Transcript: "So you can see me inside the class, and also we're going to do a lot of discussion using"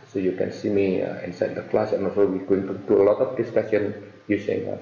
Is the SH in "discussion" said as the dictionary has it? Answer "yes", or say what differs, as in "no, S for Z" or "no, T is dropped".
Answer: no, S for SH